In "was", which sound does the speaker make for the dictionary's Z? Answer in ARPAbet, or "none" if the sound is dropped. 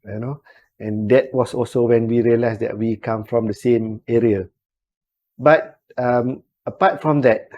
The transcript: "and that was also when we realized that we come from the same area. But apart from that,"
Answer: S